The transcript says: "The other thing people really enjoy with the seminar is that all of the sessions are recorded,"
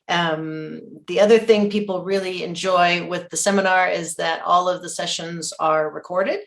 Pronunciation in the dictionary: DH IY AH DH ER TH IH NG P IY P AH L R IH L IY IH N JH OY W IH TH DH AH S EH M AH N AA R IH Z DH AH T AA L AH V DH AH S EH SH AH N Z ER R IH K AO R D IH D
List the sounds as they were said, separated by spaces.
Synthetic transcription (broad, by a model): DH IY AH DH ER TH IH NG P IY P L R IH L IY IH N JH OY W IH DH AH S EH M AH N AA R IH Z DH AH T AA L AH V DH AH S EH SH AH N Z ER R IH K AO R D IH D